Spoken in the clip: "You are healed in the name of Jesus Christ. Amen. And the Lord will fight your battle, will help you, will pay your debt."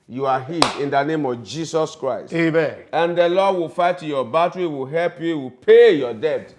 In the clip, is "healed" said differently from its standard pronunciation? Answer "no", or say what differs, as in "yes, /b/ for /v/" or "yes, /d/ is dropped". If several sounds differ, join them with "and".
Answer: yes, /l/ is dropped